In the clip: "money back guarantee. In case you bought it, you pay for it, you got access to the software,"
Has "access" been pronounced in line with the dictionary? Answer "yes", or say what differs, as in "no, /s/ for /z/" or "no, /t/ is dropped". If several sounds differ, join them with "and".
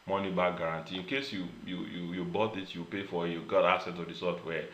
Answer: no, /k/ is dropped